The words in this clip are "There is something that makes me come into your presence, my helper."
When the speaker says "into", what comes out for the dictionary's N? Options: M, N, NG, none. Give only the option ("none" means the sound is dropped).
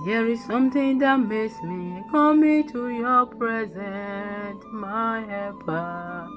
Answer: none